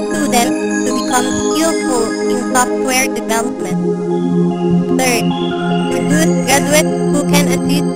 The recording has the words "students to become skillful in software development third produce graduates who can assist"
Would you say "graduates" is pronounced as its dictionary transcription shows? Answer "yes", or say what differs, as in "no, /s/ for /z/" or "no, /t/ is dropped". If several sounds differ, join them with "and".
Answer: no, /s/ is dropped